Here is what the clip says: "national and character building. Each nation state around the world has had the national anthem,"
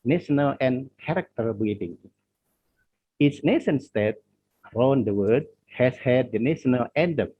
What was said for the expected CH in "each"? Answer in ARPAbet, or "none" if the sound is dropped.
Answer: S